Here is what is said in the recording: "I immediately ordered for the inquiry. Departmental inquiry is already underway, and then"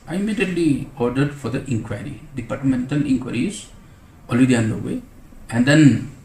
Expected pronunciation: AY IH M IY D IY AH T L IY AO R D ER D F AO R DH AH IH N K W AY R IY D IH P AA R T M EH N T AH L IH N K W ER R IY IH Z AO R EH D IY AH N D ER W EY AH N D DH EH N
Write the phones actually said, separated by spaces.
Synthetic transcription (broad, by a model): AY IH M IY D IY AH T L IY AO R D ER D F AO R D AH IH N K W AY R IY D IH P AA R T M EH N T AH L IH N K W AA R IY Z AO L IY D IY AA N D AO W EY AH N D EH N